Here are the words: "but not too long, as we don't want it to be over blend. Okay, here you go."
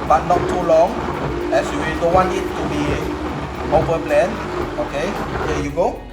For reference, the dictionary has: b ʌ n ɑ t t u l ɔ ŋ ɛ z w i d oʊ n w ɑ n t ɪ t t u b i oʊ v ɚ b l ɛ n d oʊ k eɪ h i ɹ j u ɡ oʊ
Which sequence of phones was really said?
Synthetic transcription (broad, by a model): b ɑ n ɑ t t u l ɔ ŋ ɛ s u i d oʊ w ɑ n ɪ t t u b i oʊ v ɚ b l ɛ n oʊ k eɪ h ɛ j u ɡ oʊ